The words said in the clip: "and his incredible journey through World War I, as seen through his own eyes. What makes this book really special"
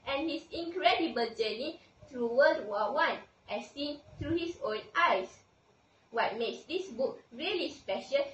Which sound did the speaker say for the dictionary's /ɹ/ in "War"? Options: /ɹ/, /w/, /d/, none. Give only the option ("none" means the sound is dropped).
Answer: /w/